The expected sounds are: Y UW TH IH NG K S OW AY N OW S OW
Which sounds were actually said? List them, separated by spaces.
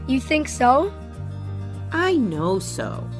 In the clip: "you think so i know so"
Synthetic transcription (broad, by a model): Y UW TH IH NG K S OW AY N OW S OW